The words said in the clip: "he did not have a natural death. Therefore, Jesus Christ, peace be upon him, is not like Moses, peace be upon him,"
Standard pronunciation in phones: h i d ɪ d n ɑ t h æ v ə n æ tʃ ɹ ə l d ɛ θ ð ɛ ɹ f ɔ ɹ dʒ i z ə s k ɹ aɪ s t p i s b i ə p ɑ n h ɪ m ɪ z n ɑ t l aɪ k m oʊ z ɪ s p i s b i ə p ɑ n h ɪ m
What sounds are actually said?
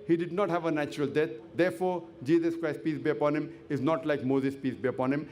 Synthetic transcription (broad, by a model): h i d ɪ d n ɑ t h æ v ə n æ tʃ ɹ ə l d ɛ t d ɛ ɹ f ɔ ɹ dʒ i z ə s k ɹ aɪ s t p i s b i ə p ɑ n h ɪ m ɪ z n ɑ t l aɪ k m oʊ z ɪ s p i s b i ə p ɑ n h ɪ m